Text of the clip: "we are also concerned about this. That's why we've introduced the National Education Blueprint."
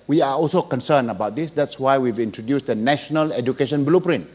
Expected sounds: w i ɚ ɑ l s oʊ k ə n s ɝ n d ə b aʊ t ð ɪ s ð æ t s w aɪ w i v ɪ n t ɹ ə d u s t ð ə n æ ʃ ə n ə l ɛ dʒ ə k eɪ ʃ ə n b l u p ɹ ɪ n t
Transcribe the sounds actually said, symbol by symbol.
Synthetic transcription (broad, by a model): w i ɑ ɑ l s oʊ k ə n s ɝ n ə b aʊ t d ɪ s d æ t s w aɪ w i v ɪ n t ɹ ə d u s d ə n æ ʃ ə n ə l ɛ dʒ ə k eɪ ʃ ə n b l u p ɹ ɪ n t